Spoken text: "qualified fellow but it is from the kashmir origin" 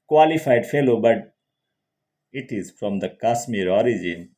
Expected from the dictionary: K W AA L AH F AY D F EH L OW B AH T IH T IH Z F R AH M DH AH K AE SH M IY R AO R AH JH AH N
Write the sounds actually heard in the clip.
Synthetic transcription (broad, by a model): K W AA L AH F AY D F EH L OW B AH T IH T IH Z F R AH M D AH K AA S M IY R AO R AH JH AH N